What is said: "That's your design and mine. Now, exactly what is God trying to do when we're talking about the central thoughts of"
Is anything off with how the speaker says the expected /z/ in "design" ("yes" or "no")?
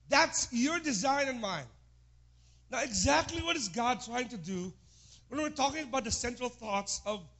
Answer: no